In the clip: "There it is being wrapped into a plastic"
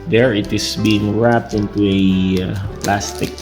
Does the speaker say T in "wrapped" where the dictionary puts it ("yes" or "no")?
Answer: yes